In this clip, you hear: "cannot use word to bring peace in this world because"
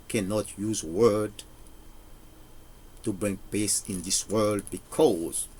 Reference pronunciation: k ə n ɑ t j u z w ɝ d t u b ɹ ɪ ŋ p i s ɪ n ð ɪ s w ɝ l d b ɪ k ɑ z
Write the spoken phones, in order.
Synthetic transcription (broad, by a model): k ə n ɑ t j u z w ɝ d t u b ɹ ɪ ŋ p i s ɪ n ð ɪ s w ɝ l d b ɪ k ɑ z